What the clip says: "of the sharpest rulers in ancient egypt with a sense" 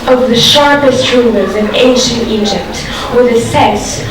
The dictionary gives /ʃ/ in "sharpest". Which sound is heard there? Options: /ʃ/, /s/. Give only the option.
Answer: /ʃ/